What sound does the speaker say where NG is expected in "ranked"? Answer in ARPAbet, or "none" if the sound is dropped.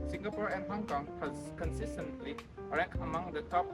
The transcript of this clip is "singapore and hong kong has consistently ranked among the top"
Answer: none